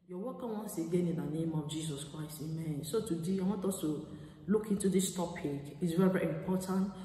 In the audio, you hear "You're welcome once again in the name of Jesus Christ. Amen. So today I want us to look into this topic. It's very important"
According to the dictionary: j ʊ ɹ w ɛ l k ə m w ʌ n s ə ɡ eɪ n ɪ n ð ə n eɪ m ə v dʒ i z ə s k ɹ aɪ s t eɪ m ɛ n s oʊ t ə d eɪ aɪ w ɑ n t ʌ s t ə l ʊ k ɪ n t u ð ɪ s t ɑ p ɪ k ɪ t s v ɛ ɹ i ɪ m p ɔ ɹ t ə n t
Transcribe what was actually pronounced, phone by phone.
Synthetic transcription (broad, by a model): j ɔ w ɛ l k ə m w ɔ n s ə ɡ eɪ n ɪ n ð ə n eɪ m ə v dʒ i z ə s k ɹ aɪ s t eɪ m ɛ n s oʊ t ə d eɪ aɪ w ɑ t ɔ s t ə l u k ɪ n t u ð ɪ s t ɑ p ɪ k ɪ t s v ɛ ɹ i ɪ m p ɔ t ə n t